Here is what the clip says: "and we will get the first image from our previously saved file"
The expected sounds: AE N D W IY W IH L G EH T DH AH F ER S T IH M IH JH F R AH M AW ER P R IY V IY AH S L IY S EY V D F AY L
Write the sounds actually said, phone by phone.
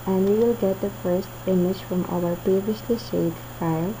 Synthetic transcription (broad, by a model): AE N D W IY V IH L G EH T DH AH F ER S T IH M IH JH F R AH M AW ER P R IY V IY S L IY SH EY D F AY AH